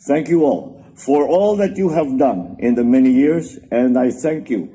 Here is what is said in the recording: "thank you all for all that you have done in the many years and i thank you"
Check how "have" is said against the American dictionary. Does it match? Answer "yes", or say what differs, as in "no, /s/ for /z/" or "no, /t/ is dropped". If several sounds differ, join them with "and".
yes